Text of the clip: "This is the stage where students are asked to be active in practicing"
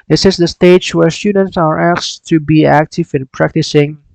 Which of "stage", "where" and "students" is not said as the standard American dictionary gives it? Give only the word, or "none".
stage